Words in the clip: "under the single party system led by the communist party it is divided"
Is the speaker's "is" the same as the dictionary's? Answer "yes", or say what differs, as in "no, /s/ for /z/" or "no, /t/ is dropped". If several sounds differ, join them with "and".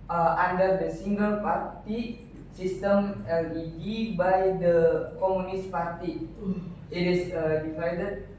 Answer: no, /s/ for /z/